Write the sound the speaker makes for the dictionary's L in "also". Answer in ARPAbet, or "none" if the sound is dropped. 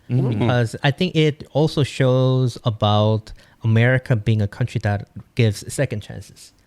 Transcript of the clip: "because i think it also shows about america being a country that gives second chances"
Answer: L